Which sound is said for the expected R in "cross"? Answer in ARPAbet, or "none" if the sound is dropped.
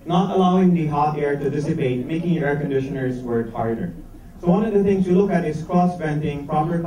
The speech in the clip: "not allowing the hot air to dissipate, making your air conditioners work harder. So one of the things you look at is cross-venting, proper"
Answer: R